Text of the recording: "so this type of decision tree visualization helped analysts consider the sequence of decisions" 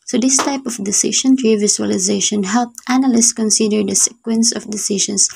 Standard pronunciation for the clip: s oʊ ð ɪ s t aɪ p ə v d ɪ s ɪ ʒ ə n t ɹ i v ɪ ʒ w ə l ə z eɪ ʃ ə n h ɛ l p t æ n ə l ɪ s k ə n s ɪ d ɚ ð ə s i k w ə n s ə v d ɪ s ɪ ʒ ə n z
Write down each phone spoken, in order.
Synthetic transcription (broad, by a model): s oʊ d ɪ s t aɪ p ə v d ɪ s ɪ ʃ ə n t ɹ i v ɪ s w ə l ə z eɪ ʃ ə n h ɛ l p t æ n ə l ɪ s k ə n s ɪ d ɚ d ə s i k w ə n s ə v d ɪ s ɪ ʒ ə n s